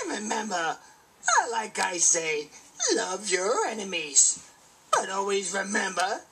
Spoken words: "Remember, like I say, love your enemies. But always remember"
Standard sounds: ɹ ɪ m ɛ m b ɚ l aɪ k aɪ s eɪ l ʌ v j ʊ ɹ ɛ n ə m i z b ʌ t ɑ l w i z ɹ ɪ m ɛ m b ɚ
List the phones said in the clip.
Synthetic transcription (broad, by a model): ɹ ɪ m ɛ m b ɚ l aɪ k aɪ s eɪ l ʌ v j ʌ ɹ ɛ n ə m i z b ʌ t ɑ l w i z ɹ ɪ m ɛ m b ɚ